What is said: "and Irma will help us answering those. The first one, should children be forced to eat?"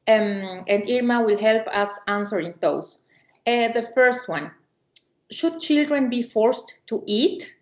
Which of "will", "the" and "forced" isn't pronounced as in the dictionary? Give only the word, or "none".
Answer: none